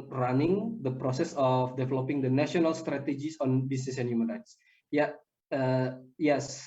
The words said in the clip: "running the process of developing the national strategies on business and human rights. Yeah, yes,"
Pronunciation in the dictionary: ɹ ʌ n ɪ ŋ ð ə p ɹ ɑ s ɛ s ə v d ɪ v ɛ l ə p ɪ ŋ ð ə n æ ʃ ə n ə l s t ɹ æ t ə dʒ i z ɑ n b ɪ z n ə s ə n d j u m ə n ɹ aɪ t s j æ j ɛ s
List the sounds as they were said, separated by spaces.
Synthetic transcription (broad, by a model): ɹ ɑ n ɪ ŋ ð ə p ɹ ɑ s ɛ s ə f d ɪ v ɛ l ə p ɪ ŋ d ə n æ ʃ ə n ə l s t ɹ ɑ t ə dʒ i s ɑ n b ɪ s n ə s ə n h j u m ə n ɹ aɪ t s j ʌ j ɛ s